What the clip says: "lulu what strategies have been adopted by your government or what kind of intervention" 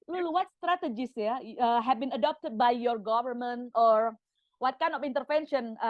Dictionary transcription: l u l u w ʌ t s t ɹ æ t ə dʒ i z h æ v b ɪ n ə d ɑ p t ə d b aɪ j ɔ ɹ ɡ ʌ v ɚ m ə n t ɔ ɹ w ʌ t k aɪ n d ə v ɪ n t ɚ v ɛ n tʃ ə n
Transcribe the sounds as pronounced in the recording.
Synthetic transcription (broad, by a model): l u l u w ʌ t s t ɹ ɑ t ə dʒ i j h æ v b ɪ n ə d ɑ p t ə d b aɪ j ɔ ɹ ɡ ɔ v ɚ m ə n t ɔ ɹ w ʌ t k aɪ n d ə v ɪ n t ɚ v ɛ n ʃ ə n